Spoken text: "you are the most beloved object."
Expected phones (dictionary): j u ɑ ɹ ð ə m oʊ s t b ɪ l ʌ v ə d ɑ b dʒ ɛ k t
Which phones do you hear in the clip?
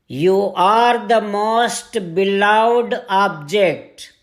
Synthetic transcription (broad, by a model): j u ɑ ɹ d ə m oʊ s t b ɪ l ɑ ə d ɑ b dʒ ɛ k t